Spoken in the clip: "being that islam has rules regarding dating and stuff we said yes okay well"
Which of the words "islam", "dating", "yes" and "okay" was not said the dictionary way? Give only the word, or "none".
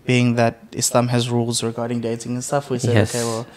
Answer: yes